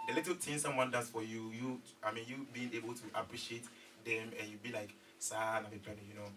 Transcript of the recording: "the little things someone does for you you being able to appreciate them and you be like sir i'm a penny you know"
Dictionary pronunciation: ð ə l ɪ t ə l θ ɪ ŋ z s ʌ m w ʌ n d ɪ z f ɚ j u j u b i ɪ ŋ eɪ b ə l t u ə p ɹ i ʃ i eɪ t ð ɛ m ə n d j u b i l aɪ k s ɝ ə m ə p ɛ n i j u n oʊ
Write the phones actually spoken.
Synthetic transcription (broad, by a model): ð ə l ɪ t ə l t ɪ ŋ s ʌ m w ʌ n d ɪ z f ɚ j u j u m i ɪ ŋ eɪ b ə l t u ə p ɹ i ʃ i eɪ t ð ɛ m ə n j u b i l aɪ k s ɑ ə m ə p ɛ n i j u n oʊ